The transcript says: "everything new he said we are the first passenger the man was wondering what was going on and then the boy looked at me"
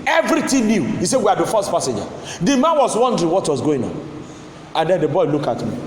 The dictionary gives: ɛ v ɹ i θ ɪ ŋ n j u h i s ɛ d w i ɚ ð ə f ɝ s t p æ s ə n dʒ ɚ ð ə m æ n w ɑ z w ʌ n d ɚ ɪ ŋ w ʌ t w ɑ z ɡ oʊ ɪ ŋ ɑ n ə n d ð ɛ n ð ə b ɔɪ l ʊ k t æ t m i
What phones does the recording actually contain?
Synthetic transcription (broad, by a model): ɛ v ɹ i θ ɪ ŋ n j u h i s ɛ d w i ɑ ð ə f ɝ s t p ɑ s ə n dʒ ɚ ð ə m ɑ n w ɑ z w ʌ n d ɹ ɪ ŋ w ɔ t w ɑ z ɡ oʊ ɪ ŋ ɑ n ə n d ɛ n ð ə b ɔɪ l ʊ k ɑ t m i